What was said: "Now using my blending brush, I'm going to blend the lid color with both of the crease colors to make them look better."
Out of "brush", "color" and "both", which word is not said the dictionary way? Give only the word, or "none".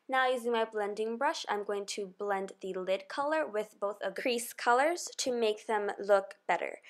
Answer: none